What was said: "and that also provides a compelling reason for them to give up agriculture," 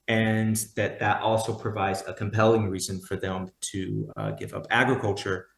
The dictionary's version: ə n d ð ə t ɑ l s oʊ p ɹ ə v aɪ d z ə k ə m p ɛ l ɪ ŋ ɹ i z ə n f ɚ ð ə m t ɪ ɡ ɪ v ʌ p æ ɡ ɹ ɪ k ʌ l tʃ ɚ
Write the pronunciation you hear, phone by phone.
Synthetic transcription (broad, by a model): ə n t ð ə t ɑ l s oʊ p ɹ ə v aɪ d z ə k ə m p ɛ l ɪ ŋ ɹ i z ə n f ɚ ð ə m t ɪ ɡ ɪ v ʌ p æ ɡ ɹ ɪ k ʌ l tʃ ɚ